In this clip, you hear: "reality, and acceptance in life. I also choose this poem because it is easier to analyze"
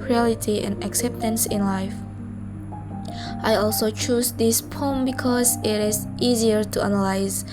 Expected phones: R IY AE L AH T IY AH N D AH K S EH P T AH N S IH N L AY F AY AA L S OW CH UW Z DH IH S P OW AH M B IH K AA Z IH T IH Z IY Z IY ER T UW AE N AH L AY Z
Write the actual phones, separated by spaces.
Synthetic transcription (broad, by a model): R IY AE L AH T IY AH N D AH K S EH P T AH N S IH N L AY F AY AA L S OW CH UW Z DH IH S P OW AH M B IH K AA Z IH T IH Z IY Z IY ER T UW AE N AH L AY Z